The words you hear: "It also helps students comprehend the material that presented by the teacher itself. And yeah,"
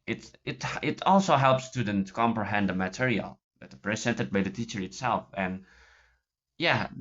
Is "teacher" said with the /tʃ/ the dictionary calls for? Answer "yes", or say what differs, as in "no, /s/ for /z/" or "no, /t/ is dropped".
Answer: yes